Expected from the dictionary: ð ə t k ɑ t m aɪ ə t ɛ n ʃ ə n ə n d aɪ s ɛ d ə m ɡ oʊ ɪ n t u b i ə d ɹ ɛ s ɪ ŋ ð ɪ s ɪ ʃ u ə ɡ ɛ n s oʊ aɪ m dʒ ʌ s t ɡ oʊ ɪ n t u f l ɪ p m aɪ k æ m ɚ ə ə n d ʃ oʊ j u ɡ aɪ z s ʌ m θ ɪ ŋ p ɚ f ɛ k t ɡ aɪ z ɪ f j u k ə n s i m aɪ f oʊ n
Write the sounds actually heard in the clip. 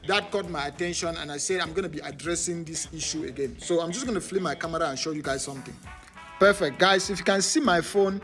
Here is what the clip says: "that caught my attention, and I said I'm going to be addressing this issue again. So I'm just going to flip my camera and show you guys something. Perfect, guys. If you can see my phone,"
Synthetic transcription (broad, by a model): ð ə t k ɑ t m aɪ ə t ɛ n ʃ ə n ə n aɪ s ɛ d ə m ɡ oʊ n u b i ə d ɹ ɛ s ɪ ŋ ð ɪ s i ʃ u ə ɡ ɛ n s oʊ aɪ m dʒ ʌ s ɡ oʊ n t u f l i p m aɪ k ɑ m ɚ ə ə n ʃ oʊ j u ɡ aɪ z s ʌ m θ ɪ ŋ p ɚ f ɛ k t ɡ aɪ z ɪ f j u k ə n s i m aɪ f oʊ n